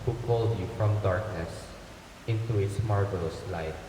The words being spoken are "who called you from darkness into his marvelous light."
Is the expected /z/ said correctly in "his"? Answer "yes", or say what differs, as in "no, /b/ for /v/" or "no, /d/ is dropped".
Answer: no, /s/ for /z/